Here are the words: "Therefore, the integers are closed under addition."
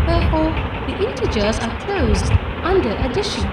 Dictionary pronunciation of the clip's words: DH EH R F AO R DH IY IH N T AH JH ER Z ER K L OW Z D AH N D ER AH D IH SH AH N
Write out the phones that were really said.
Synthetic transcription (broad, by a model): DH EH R F AO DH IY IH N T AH JH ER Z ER K L OW Z D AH N D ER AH D IH SH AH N